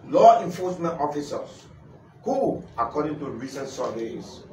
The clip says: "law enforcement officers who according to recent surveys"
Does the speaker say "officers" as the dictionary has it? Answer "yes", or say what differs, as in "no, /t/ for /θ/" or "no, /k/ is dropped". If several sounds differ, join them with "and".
no, /s/ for /z/